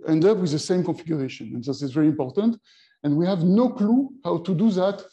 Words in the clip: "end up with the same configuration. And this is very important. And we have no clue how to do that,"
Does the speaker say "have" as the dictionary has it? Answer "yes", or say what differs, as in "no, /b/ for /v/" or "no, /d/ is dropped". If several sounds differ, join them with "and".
yes